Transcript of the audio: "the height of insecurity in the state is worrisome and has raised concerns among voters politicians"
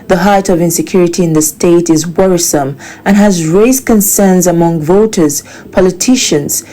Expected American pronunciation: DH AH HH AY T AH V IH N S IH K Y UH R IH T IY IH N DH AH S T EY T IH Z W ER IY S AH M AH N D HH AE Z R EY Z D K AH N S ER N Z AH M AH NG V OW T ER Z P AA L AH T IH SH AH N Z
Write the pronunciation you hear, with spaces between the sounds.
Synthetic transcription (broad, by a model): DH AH HH AY T AH V IH N S IH K Y UH R IH T IY IH N DH AH S T EY T IH Z W ER IY S AH M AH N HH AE Z R EY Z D K AH N S ER N Z AH M AH NG V OW T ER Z P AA L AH T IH SH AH N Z